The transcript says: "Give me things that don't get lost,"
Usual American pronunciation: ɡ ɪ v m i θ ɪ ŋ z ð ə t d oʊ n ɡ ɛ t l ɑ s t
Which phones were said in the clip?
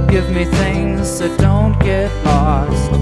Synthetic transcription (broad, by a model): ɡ ɪ v m i θ ɪ ŋ z ð ə t d oʊ n ɡ ɛ t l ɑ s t